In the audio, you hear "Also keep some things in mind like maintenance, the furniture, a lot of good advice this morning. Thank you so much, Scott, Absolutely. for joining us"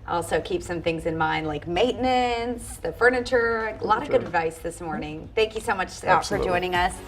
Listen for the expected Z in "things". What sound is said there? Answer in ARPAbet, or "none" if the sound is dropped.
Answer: Z